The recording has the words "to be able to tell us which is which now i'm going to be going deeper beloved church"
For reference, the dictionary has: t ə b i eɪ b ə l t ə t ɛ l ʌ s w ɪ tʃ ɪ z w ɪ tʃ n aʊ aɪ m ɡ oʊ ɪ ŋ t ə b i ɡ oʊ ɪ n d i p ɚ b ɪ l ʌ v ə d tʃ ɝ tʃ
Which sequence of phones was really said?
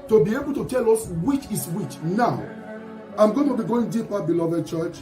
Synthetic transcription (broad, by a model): t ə b i eɪ b ə l t ə t ɛ l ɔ s w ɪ tʃ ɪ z w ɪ tʃ n aʊ aɪ m ɡ oʊ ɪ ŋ t ə b i ɡ oʊ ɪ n d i p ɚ b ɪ l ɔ v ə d tʃ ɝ tʃ